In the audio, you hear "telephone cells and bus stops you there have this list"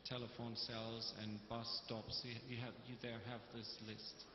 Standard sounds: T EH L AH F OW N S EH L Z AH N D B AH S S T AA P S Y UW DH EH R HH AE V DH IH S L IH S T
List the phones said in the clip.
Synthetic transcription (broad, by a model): T EH L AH F OW N S EH L Z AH N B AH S S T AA P S Y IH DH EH R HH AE V DH IH S L IH S T